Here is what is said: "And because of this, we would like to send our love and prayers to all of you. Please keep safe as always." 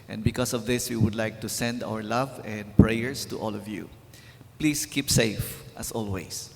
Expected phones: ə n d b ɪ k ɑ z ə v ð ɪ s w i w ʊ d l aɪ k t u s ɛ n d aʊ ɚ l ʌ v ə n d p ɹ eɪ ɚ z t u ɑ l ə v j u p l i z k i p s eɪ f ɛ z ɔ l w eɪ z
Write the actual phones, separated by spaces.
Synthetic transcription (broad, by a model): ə n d b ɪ k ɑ s ə v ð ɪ s w i w ʊ d l aɪ k t u s ɛ n d aʊ ɚ l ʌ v ə n d p ɹ eɪ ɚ s t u ɑ l ə v j u p l i s k i p s eɪ f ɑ s ɔ l w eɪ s